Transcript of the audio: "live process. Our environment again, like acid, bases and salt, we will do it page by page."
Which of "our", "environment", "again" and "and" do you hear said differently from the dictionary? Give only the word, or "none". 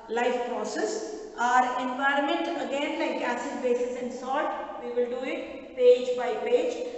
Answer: none